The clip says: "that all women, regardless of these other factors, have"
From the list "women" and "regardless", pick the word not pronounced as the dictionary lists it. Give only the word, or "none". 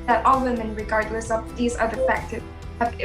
none